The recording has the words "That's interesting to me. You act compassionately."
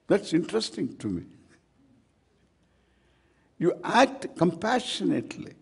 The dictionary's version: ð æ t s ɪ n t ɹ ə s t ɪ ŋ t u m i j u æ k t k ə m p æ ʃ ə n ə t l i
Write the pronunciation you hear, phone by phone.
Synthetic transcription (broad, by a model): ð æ t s ɪ n t ɹ ə s t ɪ ŋ t u m i j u æ k t k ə m p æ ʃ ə n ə t l i